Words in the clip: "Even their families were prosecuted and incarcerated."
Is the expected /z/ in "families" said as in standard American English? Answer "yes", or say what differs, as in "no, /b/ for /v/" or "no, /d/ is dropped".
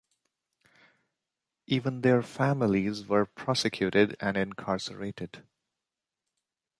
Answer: yes